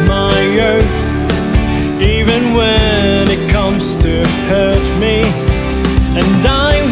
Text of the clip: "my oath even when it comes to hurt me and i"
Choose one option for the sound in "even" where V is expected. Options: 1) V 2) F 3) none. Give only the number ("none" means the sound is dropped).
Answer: 1